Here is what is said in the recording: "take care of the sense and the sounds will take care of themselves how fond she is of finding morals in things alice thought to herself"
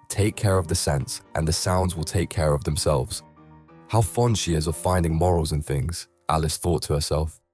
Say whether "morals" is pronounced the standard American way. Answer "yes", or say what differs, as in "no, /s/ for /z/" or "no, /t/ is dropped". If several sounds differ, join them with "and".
yes